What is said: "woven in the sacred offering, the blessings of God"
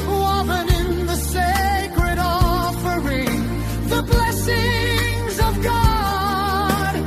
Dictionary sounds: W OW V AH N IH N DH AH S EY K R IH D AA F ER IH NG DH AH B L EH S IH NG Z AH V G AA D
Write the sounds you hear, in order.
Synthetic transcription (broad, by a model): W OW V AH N IH N DH AH S EY K R IH D AA F ER IH NG DH AH B L EH S IH NG Z AH V G AA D